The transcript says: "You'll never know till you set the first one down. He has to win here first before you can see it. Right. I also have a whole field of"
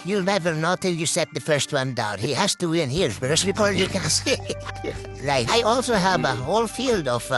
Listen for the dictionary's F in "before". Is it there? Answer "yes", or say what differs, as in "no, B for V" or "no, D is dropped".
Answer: no, P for F